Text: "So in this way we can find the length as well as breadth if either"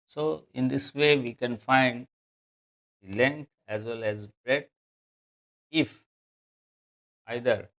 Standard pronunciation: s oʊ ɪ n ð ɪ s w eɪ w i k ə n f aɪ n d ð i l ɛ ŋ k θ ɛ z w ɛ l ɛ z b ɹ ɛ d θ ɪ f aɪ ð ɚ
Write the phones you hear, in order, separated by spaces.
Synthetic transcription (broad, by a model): s oʊ ɪ n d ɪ s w eɪ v i k ə n f aɪ n d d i l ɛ ŋ k t ɛ z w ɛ l ɛ z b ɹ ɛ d ɪ f aɪ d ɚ